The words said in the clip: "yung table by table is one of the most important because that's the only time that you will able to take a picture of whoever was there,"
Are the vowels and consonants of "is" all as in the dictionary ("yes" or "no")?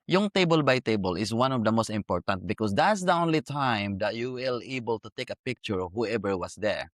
no